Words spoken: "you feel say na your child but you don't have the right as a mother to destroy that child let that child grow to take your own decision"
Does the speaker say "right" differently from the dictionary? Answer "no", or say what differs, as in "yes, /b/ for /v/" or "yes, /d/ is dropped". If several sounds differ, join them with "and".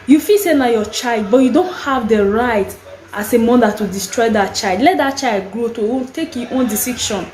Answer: no